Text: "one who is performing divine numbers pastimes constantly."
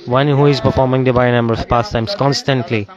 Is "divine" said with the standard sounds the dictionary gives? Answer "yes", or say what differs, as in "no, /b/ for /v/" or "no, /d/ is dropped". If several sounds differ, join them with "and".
no, /b/ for /v/